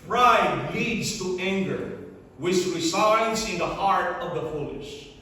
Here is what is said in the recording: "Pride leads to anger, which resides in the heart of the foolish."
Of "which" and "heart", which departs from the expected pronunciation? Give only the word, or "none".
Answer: which